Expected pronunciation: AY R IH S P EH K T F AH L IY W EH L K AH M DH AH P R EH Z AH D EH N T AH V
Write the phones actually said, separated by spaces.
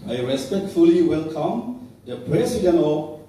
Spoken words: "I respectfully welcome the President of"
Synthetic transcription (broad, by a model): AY R IH S P EH K T F AH L IY W EH L K AH M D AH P R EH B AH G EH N AH